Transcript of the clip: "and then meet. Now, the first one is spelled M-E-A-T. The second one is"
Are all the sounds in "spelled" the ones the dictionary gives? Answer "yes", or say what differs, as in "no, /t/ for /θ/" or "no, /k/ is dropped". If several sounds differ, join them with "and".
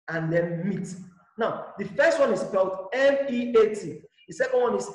no, /b/ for /p/